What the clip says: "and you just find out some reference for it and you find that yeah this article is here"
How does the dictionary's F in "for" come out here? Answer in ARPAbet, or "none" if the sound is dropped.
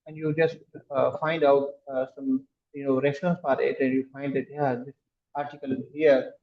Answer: P